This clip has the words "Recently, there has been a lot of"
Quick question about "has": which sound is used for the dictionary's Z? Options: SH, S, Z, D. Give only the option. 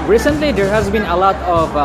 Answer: Z